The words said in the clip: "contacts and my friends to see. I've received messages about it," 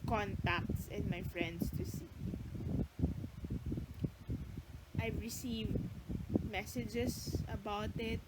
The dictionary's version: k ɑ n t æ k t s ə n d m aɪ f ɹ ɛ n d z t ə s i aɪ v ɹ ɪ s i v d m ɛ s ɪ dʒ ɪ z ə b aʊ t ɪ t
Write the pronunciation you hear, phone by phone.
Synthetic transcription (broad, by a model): k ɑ n t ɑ k t s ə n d m aɪ f ɹ ɛ n d s t ə s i aɪ v ɹ ɪ s i v d m ɛ s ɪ dʒ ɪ s ə b aʊ t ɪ t